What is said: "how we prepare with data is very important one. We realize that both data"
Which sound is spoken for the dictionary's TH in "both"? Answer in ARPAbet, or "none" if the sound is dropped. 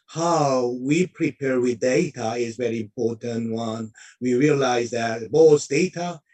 S